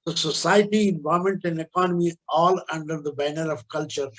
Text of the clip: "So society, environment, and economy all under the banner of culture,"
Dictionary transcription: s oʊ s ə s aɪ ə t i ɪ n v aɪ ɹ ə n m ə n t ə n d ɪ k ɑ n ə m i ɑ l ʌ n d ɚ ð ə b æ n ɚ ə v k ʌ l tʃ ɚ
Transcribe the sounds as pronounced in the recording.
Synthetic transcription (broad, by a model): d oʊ s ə s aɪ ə t i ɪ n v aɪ ə m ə n t ə n d ɪ k ɑ n ə m i ɑ l ʌ n d ɚ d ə b æ n ɚ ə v k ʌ l tʃ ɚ